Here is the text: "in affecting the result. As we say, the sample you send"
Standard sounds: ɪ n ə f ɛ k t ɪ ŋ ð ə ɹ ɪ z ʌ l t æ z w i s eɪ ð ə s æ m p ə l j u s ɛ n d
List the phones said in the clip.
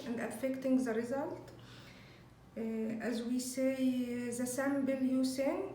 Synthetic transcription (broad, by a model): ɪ n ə f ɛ k t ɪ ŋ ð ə ɹ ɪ z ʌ l t æ z w i s eɪ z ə s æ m b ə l j u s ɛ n